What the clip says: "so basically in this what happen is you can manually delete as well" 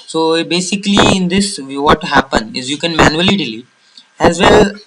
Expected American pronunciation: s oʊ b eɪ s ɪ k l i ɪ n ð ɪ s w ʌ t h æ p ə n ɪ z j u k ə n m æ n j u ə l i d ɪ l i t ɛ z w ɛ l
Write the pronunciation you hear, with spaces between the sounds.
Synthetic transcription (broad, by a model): s oʊ b eɪ s ɪ k l i ɪ n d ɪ s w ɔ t h æ p ə n ɪ z j u k ə n m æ n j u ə l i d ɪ l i ɛ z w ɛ l